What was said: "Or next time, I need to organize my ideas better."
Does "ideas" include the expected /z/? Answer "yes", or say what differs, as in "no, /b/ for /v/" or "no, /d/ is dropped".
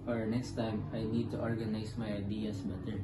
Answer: no, /s/ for /z/